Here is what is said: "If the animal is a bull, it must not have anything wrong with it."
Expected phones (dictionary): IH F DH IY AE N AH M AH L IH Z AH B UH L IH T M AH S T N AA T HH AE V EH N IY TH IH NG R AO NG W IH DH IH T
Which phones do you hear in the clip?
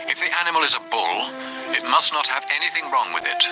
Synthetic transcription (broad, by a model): IH F DH IY AE N AH M AH L IH Z AH B UH L IH T M AH S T N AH T HH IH V EH N IY TH IH NG R AO NG W IH DH IH T